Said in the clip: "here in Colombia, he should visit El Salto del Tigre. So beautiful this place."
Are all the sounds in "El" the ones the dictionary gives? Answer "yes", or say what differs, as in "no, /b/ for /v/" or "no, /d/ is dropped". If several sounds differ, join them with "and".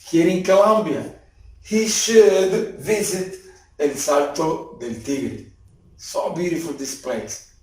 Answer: no, /n/ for /l/